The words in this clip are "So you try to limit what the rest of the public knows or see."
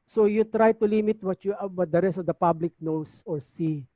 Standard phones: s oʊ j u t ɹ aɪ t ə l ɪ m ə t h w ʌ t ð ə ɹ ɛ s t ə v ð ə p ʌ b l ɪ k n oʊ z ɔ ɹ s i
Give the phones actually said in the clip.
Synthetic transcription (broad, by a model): s oʊ j u t ɹ aɪ t ə l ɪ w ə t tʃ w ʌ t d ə ɹ ɛ s t ə v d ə p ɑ b l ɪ k n oʊ s ɔ ɹ s i